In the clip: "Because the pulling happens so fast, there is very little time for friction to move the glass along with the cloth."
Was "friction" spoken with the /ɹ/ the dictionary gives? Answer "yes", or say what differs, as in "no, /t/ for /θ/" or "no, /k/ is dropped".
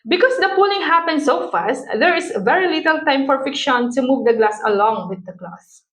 no, /ɹ/ is dropped